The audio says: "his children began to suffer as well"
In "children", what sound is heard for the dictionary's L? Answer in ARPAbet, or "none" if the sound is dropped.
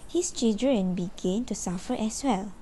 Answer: none